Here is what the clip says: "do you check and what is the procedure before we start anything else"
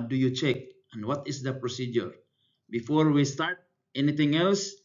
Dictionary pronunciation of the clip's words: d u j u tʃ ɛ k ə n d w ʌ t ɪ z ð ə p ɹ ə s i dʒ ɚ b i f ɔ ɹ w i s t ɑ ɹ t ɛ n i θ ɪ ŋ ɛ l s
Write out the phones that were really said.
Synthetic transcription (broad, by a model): d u j u tʃ ɛ k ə n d w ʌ t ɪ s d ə p ɹ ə s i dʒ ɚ b i f ɔ ɹ w i s t ɑ ɹ t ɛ n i t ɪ ŋ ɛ l s